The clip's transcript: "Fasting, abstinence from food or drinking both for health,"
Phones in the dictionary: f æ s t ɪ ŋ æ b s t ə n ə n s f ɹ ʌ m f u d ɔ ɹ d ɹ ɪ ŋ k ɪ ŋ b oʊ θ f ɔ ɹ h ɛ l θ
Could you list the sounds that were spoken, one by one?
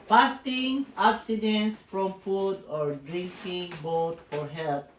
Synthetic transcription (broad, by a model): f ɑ s t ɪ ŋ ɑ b s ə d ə n s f ɹ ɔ m f u d ɔ ɹ d ɹ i ŋ k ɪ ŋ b oʊ t f ɔ ɹ h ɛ l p